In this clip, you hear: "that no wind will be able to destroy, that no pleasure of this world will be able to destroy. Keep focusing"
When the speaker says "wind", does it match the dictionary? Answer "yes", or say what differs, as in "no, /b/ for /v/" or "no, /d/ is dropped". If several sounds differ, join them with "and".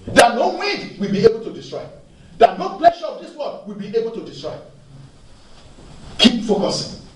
no, /n/ is dropped